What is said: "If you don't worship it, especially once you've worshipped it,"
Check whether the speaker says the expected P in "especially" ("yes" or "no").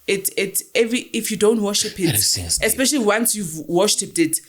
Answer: yes